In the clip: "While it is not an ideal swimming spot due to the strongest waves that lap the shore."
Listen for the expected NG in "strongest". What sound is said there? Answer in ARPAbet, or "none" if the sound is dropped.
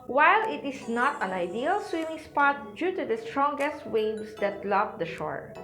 NG